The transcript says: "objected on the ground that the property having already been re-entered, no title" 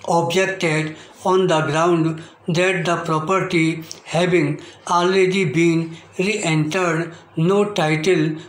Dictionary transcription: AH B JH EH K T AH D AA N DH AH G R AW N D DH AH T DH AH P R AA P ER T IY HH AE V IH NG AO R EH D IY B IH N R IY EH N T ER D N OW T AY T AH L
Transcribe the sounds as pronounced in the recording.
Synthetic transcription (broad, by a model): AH B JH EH K T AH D AA N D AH G R AW N D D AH T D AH P R AA P ER T IY HH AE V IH NG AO L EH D IY B IH N R IY EH N T ER D N OW T AY T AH L